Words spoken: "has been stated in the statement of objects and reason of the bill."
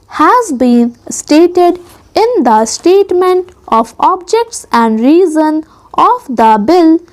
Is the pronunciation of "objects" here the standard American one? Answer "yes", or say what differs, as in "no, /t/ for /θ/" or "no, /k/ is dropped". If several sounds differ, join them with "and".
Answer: yes